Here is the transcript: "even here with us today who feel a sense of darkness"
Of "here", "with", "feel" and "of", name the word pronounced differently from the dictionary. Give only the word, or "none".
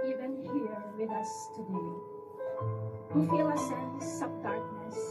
of